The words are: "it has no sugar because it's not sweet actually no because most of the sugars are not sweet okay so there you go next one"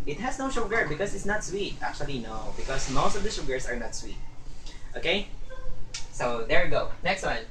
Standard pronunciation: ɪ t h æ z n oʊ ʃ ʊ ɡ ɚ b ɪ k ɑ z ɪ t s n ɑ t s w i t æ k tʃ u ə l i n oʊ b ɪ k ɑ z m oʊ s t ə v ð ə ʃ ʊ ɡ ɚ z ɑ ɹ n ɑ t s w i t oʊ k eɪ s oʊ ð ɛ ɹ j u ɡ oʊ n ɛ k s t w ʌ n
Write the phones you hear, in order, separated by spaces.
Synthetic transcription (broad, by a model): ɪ t h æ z n oʊ ʃ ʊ ɡ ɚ b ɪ k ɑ s ɪ t s n ɑ t s w i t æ k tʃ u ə l i n oʊ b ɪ k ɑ s m oʊ s t ə v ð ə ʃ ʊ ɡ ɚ s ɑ ɹ n ɑ t s w i t oʊ k eɪ s oʊ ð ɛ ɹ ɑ ɡ oʊ n ɛ k s t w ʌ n